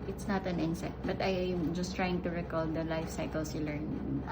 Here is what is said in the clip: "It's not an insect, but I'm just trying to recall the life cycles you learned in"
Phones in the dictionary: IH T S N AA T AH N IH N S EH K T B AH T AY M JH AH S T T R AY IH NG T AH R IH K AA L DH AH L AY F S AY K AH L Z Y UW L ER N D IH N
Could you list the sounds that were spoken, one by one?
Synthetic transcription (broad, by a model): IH T S N AA T AH N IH N S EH T B AH T AY M JH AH S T T R AY IH NG T AH R IH K AA L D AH L AY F S AY K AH L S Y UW L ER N IH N